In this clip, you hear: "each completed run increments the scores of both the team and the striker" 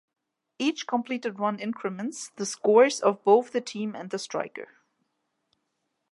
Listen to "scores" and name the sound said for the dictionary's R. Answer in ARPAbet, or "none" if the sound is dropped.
R